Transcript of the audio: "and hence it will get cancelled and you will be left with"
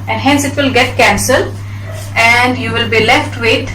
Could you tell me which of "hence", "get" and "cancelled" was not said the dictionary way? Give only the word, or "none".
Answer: cancelled